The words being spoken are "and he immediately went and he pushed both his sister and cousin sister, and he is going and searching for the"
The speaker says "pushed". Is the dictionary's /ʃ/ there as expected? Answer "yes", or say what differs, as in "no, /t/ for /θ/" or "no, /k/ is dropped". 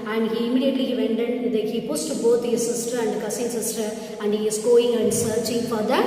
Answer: no, /s/ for /ʃ/